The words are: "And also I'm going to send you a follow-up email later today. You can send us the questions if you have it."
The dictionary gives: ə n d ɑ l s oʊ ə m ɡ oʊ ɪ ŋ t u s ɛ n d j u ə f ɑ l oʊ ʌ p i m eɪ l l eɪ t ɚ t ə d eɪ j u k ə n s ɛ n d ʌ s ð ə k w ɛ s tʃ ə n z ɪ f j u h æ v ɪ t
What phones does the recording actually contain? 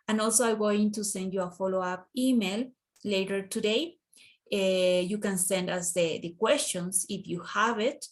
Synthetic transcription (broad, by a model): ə n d ɑ l s oʊ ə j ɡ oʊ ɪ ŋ t u s ɛ n d j u ə f ɑ l oʊ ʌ p i m eɪ l l eɪ t ɚ t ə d eɪ j u k ə n s ɛ n d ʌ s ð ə k w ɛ s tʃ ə n s ɪ f j u h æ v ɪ t